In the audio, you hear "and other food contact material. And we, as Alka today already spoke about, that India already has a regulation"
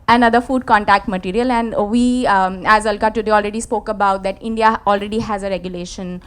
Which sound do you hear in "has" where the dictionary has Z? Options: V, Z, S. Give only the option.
Z